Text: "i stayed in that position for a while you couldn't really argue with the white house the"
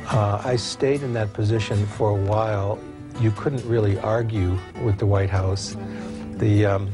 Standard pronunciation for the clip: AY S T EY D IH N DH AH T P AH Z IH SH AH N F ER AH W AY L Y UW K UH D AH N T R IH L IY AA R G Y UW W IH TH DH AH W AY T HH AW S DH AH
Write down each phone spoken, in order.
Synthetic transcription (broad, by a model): AY S T EY D IH N DH AH T P AH Z IH SH AH N F ER AH W AY L Y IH K UH D N T R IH L IY AA R G Y UW W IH DH AH W AY T HH AW S DH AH